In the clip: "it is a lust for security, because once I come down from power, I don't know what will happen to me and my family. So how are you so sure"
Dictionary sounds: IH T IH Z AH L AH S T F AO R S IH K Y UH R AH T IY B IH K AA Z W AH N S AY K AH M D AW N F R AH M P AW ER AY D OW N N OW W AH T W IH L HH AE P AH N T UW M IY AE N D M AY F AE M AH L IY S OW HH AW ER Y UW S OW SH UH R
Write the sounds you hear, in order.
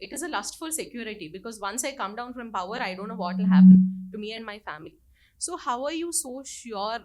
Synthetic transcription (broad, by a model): IH T IH Z AH L AH S T F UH L S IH K Y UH R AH T IY B IH K AA Z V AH N S AY K AH M D AW N F R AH M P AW ER AY D OW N N OW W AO T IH L HH AE P AH N T UW M IY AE N D M AY F AE M AH L IY S OW HH AW ER Y UW S OW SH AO R